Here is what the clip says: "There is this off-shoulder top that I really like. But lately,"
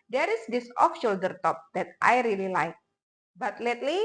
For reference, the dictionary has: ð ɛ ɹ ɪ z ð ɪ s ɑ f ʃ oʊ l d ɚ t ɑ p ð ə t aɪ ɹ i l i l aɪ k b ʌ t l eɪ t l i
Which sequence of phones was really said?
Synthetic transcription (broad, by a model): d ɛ ɹ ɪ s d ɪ s ɑ f ʃ oʊ l d ɚ t ɑ p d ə t aɪ ɹ i l i l aɪ k b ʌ t l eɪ t l i